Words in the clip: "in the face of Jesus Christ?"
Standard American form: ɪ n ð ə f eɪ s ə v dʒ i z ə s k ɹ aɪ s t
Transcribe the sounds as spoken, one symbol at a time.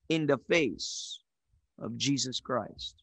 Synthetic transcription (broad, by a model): ɪ n ð ə f eɪ s ə v dʒ i z ə s k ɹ aɪ s t